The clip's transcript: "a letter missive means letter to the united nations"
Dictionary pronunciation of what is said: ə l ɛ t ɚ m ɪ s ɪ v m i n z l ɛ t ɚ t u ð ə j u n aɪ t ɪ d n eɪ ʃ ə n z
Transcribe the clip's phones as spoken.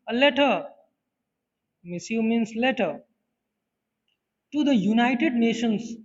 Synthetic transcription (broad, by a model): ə l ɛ t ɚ m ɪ s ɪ m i n s l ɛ t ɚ t u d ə j u n aɪ t ɪ d n eɪ ʃ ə n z